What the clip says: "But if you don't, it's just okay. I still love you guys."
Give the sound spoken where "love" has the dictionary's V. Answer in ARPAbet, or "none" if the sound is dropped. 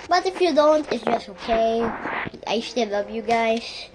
P